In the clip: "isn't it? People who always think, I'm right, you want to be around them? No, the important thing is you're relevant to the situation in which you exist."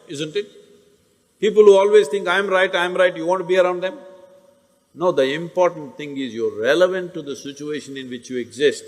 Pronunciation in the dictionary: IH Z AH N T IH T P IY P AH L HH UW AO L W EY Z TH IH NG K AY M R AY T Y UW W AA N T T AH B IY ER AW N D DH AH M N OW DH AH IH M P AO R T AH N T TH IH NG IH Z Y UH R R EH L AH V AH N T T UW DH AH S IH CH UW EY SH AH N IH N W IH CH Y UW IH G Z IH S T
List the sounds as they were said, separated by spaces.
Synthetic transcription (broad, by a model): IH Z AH N T IH T P IY P AH L HH UW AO L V EY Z T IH NG K AY M R AY T Y UW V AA N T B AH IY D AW N D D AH M N OW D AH IH M P AO R T AH N T T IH NG IH Z Y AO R R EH L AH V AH N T T UW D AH S IH CH UW EY SH AH N IH N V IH CH Y UW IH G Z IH S T